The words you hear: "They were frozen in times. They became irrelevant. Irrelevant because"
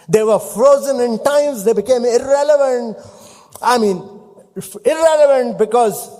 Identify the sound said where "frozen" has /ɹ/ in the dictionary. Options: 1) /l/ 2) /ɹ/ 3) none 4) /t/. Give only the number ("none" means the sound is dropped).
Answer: 2